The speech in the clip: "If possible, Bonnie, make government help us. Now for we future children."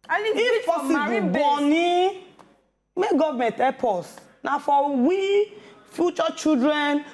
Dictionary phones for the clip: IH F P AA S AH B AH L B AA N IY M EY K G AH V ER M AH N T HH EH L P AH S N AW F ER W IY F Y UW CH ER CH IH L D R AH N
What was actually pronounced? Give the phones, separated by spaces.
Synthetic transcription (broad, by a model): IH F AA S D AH B AA N IY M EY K G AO V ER M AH N T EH P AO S N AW F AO W IY F Y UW CH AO CH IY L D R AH N